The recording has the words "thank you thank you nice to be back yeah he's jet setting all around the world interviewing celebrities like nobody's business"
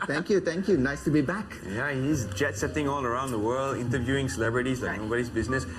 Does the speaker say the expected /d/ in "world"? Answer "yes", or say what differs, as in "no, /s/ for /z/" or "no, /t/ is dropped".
yes